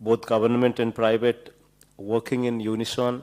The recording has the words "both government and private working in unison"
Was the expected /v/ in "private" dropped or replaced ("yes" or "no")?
yes